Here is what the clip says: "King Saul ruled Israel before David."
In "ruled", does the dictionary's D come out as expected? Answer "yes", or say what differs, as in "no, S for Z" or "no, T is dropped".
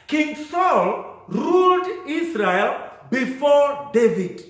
yes